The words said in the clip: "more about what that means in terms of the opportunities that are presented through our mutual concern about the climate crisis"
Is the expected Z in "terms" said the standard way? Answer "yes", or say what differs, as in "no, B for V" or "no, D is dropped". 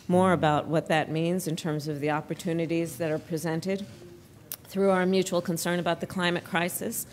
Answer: yes